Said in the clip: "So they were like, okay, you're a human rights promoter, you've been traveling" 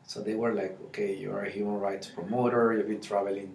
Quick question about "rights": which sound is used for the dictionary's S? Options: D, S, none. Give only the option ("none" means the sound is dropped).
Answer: S